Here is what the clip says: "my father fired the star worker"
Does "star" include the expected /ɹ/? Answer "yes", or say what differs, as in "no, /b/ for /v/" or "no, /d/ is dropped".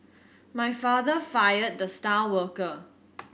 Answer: no, /l/ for /ɹ/